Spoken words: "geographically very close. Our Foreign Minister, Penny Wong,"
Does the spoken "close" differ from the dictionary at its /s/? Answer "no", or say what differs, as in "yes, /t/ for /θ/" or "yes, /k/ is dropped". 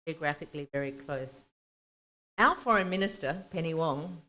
no